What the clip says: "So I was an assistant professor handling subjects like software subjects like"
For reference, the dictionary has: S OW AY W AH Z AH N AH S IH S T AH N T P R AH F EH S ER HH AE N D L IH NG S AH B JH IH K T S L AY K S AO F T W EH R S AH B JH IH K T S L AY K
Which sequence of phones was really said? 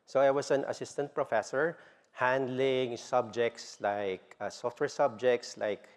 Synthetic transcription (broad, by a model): S OW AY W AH S AH N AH S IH S T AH N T P R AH F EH S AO HH AE N D L IH NG S AH B JH IH K T S L AY K S AO F T W EH R S AH B JH IH K T S L AY K